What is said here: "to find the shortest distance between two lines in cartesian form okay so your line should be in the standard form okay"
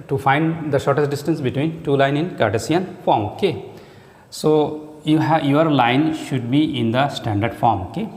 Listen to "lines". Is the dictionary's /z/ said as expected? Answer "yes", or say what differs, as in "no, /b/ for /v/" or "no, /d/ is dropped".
no, /z/ is dropped